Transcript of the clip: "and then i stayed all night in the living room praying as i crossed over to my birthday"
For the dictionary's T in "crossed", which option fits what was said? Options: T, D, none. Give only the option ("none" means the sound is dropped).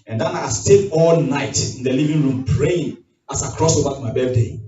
none